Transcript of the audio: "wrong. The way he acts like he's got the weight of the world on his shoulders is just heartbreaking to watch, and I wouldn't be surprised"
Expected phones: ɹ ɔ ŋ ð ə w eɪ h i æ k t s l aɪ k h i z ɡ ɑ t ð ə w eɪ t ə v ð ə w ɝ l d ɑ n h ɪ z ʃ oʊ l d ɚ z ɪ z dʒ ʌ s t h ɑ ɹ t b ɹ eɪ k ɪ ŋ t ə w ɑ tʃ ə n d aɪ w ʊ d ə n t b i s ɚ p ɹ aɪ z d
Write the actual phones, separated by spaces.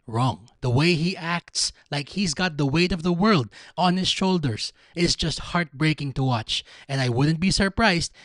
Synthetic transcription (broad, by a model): ɹ ɔ ŋ ð ə w eɪ h i æ k t s l aɪ k h i z ɡ ɑ t ð ə w eɪ t ə v ð ə w ɝ l d ɑ n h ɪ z ʃ oʊ l d ɚ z ɪ z dʒ ʌ s t h ɑ ɹ t b ɹ eɪ k ɪ ŋ t ə w ɑ tʃ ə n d aɪ w ʊ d n t b i s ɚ p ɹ aɪ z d